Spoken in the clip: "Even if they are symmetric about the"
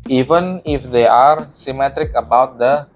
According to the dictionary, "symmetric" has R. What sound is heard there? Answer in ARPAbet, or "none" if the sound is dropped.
R